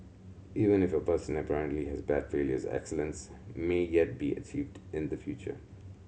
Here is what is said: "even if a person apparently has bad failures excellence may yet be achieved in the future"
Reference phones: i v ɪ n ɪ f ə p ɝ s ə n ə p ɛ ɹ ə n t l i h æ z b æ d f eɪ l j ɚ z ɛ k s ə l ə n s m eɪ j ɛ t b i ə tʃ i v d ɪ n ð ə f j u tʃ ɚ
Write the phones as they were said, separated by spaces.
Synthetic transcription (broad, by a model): i v ɪ n ɪ f ə p ɝ s ə n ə p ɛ ɹ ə n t l i h æ z b æ d f eɪ l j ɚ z ɛ k s ə l ə n s m eɪ j ɛ t b i ə tʃ i v d ɪ n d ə f j u tʃ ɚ